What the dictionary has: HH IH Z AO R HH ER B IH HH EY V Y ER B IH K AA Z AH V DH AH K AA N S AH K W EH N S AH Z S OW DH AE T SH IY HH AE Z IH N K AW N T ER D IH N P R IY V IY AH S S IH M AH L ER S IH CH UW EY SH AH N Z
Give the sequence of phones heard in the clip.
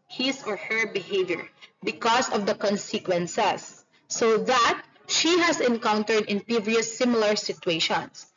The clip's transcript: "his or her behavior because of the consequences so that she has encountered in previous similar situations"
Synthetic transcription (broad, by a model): HH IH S AO R HH ER B IH HH EY V Y ER B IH K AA S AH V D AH K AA N S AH K W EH N S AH S OW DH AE T SH IY HH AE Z IH N K AW N T ER D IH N P IY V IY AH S S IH M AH L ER S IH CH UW EY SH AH N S